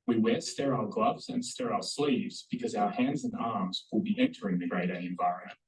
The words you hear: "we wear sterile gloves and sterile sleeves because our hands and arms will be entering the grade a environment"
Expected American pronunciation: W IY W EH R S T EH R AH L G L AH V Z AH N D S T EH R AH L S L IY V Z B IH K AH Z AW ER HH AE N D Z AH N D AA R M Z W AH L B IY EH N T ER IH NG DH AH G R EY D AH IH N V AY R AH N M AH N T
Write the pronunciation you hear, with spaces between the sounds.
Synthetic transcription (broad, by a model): W IY W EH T S T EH R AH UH G L AH V Z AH N S T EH R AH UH S L IY V Z B IH K AH Z AW ER HH AE N D Z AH N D AA R M Z W AH L B IY EH N T ER IH NG DH AH G R EY D AH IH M V AY R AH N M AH N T